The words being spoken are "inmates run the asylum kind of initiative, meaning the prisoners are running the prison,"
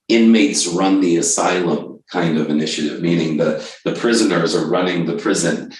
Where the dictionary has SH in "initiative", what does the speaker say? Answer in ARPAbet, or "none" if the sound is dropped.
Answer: SH